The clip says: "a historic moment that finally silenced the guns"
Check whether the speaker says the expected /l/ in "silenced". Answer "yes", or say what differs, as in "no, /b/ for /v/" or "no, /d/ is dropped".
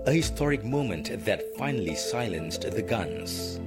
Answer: yes